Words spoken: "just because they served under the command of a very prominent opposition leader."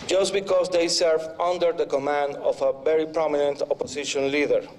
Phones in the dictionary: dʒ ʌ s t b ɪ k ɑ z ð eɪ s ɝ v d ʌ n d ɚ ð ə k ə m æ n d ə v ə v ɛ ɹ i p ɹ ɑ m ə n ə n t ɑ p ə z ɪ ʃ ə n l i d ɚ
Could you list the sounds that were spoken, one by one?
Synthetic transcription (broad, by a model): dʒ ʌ s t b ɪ k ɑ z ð eɪ s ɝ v ʌ n d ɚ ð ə k ə m æ n d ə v ə v ɛ ɹ i p ɹ ɑ m ə n ə n t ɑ p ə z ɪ ʃ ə n l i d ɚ